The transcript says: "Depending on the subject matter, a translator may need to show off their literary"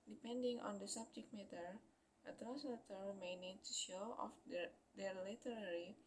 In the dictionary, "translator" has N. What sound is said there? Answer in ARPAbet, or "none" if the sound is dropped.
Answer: none